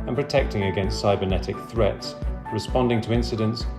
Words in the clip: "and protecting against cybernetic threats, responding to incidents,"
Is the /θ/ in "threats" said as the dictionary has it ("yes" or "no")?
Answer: yes